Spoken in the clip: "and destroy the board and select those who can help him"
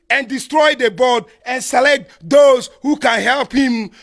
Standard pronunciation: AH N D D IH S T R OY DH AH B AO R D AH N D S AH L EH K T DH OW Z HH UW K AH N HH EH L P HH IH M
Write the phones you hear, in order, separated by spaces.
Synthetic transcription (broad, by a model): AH N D D IH S T R OY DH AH B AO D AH N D S AH L EH K T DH OW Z HH UW K AH N HH EH L P HH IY M